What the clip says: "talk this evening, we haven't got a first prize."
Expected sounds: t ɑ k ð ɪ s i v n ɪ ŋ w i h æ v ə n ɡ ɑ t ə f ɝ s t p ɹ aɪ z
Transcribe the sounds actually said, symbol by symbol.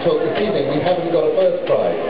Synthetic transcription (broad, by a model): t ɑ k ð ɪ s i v ɪ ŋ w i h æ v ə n ɡ ɑ t ə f ɝ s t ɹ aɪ